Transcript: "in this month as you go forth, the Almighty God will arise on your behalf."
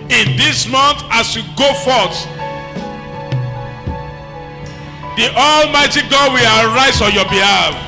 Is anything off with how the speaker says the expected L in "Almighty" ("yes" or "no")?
no